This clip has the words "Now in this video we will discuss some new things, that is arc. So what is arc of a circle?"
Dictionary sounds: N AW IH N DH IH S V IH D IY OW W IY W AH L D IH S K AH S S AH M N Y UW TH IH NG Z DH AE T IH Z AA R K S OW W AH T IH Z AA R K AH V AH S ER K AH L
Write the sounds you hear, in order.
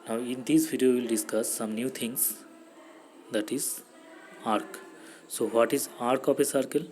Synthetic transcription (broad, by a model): N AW IH N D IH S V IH D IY OW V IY L D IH S K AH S S AH M N Y UW T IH NG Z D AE T IH Z AA R K S OW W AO T IH Z AA R K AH P AH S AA K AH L